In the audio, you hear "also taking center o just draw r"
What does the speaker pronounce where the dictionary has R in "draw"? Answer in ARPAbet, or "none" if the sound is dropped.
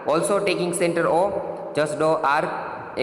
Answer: none